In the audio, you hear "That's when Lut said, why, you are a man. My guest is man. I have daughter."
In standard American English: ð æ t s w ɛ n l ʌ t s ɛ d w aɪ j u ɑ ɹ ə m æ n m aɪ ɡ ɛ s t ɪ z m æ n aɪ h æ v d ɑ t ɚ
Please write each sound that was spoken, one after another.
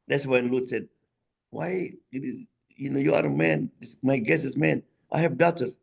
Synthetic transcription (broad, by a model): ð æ t s w ɛ n l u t s ɛ d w aɪ j u ɑ ɹ ə m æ n m aɪ ɡ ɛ s ɪ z m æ n aɪ h æ v d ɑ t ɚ